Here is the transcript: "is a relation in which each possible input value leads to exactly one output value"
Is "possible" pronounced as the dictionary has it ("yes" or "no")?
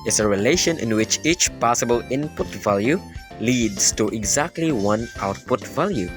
yes